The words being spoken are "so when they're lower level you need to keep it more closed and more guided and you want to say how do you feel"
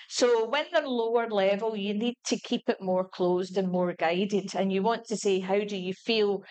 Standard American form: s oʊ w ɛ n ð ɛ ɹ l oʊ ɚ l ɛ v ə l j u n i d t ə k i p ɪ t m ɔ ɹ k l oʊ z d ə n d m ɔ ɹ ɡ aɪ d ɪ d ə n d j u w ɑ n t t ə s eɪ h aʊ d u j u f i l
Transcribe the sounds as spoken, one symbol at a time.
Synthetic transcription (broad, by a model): s oʊ w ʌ n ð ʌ ɹ l oʊ ɚ l ɛ v ə l j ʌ n i d t ə k i p ɪ t m ɔ ɹ k l oʊ z d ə n m ɔ ɹ ɡ aɪ d ɪ d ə n j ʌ w ɑ n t t ə s eɪ h aʊ d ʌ j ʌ f i l